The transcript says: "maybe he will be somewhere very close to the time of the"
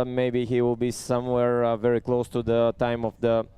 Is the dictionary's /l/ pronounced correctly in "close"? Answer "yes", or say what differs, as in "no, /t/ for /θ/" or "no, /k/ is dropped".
yes